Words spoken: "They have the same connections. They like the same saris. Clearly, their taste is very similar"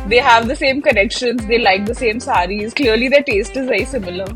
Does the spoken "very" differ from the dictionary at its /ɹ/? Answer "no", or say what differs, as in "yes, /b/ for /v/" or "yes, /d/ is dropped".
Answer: yes, /ɹ/ is dropped